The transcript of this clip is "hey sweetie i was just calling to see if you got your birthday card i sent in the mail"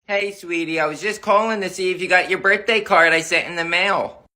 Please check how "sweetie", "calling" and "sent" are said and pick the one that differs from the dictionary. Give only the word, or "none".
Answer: sent